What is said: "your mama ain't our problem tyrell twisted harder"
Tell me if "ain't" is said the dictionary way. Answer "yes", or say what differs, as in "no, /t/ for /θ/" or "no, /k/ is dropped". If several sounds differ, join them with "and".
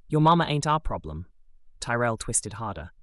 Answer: yes